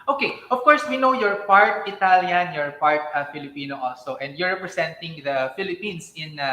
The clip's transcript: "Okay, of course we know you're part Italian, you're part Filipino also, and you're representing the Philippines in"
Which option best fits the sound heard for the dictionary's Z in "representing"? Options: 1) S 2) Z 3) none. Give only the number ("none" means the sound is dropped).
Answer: 1